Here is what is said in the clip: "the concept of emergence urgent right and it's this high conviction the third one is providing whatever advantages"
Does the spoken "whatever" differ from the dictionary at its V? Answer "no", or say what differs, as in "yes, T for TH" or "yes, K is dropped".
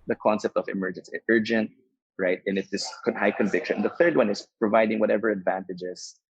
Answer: no